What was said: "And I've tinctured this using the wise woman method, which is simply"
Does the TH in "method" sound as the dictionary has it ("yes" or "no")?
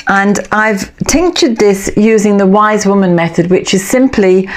yes